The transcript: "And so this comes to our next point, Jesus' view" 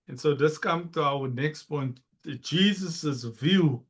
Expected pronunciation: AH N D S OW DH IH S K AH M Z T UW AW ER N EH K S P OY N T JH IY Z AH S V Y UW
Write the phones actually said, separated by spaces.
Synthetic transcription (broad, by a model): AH N S OW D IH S K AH M T UW AW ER N EH K S P OY N T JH IY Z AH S V Y UW